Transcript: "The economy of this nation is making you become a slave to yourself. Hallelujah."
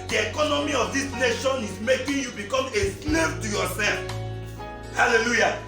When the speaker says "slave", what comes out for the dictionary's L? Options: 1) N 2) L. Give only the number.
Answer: 1